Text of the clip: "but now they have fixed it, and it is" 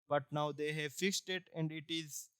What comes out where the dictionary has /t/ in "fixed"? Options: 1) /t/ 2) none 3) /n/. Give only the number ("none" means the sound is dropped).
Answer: 1